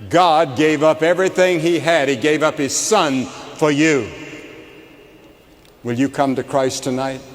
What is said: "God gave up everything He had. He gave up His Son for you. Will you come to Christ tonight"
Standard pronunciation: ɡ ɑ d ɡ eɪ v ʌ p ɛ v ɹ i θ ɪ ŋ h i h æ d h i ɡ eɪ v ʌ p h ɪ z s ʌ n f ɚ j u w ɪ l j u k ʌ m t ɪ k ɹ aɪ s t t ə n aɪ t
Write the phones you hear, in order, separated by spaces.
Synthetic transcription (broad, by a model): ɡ ɑ d ɡ eɪ v ʌ p ɛ v ɹ i θ ɪ ŋ i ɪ d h i ɡ eɪ v ʌ p h ɪ z s ʌ n f ɚ j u w ɪ l j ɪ k ʌ m t ɪ k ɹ aɪ s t t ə n aɪ t